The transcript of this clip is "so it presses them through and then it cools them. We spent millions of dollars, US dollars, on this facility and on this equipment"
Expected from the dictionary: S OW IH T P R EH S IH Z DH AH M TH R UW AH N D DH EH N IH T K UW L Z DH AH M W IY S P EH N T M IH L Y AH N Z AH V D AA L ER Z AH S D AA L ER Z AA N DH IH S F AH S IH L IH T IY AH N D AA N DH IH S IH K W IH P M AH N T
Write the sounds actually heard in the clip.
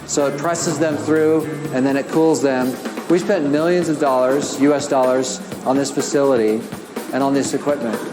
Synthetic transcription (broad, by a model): S OW IH T P R EH S IH Z DH AH M TH R UW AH N DH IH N IH T K UW L Z DH AH M W IY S P EH N M IH L Y AH N Z AH V D AA L ER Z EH S D AA L ER Z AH N DH IH S F AH S IH L IH T IY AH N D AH N DH IH S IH K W IH P M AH N T